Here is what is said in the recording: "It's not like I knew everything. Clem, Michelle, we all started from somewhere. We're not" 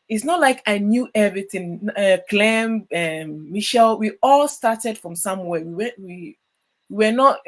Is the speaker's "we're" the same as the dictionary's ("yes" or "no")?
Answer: no